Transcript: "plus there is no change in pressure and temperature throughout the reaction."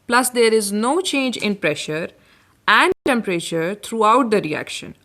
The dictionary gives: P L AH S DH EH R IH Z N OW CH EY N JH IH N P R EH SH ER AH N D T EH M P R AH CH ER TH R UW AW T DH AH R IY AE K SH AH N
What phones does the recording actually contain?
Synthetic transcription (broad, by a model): P L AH S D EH R IH Z N OW CH EY N JH IH N P R EH SH ER AH N D T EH M P R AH CH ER T R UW AW T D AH R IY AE K SH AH N